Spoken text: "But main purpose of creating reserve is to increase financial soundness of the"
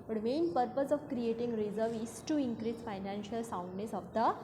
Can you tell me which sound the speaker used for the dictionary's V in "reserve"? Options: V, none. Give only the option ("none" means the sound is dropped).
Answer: V